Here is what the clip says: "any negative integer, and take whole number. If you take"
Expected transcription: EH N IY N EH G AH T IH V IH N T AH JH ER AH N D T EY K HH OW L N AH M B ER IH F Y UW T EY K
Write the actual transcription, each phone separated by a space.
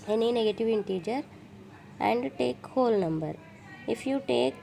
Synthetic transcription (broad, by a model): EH N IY N EH G AH T IH V IH N T AH JH ER AH N D T EY K HH OW L N AH M B ER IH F Y UW T EY K